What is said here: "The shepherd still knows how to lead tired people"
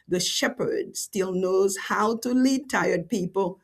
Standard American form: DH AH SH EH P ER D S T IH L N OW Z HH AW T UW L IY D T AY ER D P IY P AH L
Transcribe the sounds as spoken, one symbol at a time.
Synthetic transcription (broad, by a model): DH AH SH EH P ER D S T IH L N OW Z HH AW T UW L IY D T AY ER D P IY P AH L